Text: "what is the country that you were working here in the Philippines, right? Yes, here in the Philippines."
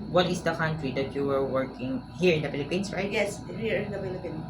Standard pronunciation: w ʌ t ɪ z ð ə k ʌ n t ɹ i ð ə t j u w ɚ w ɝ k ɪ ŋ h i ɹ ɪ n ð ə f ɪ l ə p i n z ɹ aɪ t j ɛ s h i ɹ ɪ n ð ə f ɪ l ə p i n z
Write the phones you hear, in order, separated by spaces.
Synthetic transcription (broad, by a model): w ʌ t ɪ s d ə k ʌ n t ɹ i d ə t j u w ɚ w ɝ k ɪ ŋ h i ɹ ɪ n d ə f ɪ l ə p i n s ɹ aɪ t j ɛ s h i ɹ ɪ n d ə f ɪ l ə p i n